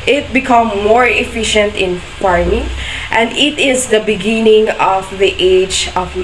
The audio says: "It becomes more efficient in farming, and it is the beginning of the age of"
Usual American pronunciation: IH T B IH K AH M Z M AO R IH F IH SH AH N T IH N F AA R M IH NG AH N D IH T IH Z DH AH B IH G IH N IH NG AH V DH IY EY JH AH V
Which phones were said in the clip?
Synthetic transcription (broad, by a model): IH T B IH K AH M M AO R IH F IH SH AH N T IH N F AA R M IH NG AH N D IH T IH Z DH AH B IH G IH N IH NG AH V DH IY EY JH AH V